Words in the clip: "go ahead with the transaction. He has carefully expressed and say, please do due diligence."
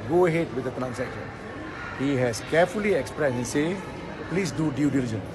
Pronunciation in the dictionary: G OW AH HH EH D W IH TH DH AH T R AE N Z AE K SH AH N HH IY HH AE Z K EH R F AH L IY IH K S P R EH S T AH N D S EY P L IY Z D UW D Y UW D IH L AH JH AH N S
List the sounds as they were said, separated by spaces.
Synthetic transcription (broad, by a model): G OW AH HH EH D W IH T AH T R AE N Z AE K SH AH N HH IY HH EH S K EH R F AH L IY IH K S P R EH S AH N S EY P L IY S D UW D Y UW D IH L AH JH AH N